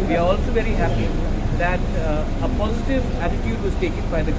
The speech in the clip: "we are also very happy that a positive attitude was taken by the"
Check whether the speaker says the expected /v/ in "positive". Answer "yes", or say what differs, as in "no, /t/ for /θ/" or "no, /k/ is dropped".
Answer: yes